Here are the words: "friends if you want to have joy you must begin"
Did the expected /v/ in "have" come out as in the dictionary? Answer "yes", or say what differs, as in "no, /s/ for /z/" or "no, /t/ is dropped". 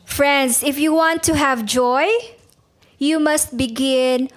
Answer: yes